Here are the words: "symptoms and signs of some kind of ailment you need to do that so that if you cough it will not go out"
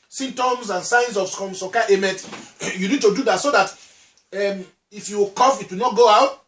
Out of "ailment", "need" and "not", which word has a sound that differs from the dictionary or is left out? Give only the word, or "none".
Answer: ailment